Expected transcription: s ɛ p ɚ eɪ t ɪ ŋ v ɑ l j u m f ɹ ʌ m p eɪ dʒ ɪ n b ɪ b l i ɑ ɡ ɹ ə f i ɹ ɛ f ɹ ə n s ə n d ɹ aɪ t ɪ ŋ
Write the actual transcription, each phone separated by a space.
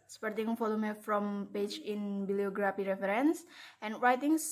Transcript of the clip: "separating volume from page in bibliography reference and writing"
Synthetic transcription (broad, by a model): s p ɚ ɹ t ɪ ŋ f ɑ l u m f ɹ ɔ m p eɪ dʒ ɪ n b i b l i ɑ ɡ ɹ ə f i ɹ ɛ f ɹ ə n s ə n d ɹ aɪ t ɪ ŋ